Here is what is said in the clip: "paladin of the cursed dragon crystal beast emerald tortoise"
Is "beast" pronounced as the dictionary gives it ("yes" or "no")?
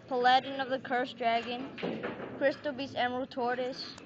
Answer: no